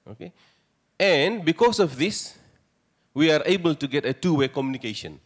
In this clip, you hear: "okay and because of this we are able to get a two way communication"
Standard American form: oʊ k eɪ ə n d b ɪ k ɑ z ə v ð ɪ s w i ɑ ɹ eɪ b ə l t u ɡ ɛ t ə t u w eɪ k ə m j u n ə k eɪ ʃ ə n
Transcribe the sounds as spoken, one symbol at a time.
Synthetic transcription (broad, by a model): oʊ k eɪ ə n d b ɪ k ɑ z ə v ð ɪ s w i ɑ ɹ eɪ b ə l t u ɡ ɛ t ə t u w eɪ k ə m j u n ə k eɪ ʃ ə n